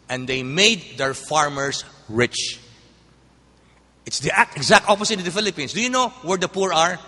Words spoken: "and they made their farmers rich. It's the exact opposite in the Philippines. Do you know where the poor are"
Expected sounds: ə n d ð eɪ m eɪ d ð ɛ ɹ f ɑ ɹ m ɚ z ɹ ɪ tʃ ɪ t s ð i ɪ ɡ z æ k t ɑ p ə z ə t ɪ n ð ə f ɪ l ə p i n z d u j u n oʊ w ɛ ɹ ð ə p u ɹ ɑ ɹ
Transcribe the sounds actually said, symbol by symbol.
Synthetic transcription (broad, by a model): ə n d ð eɪ m eɪ d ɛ ɹ f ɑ ɹ m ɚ s ɹ ɪ tʃ ɪ t s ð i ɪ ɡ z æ k t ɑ p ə s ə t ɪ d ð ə f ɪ l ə p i n s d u j u n oʊ w ɛ ɹ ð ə p u ɹ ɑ ɹ